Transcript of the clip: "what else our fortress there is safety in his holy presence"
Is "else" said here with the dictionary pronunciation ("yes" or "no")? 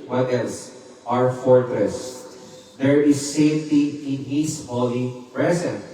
no